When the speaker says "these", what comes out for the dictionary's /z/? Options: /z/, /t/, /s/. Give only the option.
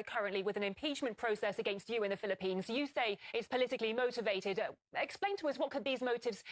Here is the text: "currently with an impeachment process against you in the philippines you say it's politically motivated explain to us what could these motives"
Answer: /z/